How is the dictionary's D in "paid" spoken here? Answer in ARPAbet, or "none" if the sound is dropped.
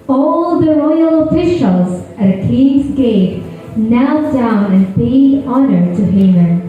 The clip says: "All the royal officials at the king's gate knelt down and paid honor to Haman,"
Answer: none